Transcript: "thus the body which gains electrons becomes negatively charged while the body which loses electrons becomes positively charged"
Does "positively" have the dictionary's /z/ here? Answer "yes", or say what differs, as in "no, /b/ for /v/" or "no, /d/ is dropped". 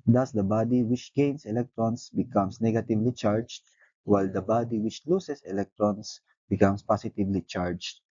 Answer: no, /s/ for /z/